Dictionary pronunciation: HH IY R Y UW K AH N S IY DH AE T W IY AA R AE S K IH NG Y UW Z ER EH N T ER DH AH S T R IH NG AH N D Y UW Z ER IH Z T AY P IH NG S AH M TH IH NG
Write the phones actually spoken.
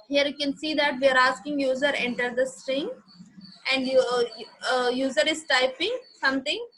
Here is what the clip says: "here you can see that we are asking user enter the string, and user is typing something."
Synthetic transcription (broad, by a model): HH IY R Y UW K AH N S IY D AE T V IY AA R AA S K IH NG Y UW Z ER EH N T ER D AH S T R IH NG AH N D Y UW Z ER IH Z T AY P IH NG S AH M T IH NG